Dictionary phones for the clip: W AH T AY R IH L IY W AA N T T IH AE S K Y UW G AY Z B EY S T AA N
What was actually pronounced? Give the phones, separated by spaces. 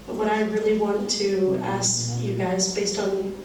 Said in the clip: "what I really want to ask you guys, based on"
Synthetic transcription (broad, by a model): W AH T AY R IH L IY W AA N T T IH AE S K Y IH G AY Z B EY S T N